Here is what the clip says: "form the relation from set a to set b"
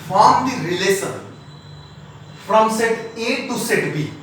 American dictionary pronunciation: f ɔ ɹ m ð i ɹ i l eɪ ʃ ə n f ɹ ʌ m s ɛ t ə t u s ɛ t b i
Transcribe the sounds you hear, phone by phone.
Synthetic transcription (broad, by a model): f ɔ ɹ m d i ɹ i l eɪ s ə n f ɹ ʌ m s ɛ t ə t u s ɛ t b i